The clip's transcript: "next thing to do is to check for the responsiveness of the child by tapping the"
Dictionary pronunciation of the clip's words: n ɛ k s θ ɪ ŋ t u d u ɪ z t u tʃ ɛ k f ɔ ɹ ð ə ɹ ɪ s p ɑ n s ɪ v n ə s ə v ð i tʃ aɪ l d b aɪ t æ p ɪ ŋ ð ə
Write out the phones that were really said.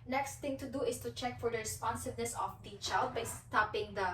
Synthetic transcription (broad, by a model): n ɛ k s t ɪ ŋ t u d u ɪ s t u tʃ ɛ k f ɔ ɹ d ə ɹ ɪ s p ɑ n s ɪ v n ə s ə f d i tʃ aɪ l d b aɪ t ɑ p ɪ ŋ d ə